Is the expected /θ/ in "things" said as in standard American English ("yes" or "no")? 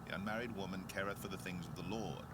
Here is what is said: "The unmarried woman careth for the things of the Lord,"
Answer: yes